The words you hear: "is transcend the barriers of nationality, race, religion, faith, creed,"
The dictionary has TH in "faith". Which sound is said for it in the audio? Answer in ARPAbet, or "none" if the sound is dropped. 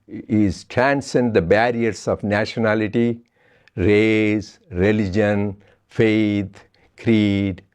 T